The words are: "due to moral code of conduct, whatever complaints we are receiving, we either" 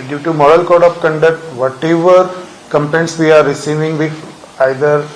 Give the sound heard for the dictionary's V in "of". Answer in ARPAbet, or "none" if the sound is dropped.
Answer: P